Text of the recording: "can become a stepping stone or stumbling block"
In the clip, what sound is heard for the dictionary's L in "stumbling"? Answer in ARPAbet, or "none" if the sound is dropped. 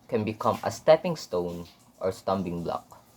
none